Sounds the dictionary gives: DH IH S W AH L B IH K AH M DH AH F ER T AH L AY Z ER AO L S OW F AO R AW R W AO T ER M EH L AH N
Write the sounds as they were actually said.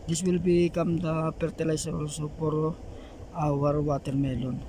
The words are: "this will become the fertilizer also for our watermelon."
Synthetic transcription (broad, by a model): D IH S W AH L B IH K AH M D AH P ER T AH L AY S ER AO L S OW P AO R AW R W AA T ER M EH L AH N